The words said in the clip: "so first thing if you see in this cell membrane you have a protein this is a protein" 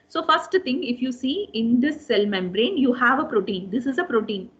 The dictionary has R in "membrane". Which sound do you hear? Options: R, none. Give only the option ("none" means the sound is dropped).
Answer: R